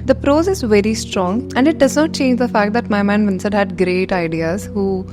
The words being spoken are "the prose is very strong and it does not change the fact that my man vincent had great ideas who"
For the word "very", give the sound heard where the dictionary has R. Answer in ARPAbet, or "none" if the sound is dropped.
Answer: R